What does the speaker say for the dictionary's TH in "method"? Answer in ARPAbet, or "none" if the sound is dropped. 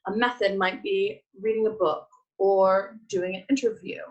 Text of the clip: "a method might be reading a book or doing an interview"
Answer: TH